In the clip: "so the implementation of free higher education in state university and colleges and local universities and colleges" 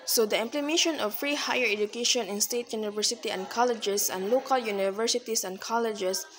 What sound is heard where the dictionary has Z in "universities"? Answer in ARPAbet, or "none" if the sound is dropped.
S